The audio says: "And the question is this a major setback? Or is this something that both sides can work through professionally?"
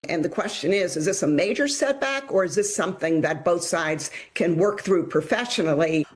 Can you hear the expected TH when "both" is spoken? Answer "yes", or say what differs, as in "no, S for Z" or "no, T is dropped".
yes